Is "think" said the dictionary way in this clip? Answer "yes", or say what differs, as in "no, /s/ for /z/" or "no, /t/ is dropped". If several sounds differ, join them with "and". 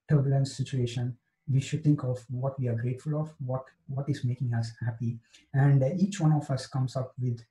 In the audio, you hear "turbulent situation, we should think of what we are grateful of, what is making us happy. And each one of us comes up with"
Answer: no, /t/ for /θ/